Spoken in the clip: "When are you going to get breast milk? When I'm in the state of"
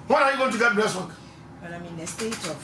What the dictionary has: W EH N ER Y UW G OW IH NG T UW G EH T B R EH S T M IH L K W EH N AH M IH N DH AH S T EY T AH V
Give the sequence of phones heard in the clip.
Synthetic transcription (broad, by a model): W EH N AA Y UW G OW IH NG T UW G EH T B L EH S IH K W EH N AH M IH N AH S T EY T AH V